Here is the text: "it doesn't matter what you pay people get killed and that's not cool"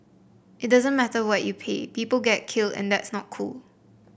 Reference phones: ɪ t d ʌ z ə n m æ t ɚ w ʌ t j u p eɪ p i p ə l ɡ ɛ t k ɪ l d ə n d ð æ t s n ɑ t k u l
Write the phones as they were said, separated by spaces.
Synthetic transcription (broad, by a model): ɪ t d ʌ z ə n m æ t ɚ w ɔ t j u p eɪ p i p ə l ɡ ɛ t k ɪ l d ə n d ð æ t s n ɑ t k u l